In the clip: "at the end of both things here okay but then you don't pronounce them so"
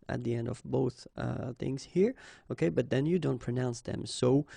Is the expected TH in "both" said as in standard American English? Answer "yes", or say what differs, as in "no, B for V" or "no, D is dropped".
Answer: yes